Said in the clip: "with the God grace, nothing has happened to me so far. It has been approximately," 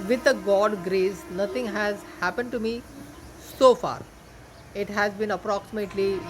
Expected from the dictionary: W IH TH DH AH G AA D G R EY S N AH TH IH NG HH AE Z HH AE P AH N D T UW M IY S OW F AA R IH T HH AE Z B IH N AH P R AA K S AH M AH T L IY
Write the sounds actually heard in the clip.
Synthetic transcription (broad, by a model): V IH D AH G AA D G R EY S N AH T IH NG HH AE Z HH AE P AH N D T UW M IY S OW F AA R IH T HH AE Z B IH N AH P R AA K S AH M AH T L IY